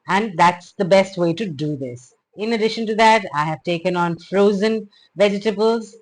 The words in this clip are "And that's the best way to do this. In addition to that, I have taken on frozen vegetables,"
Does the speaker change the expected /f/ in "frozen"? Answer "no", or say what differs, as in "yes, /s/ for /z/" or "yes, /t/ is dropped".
no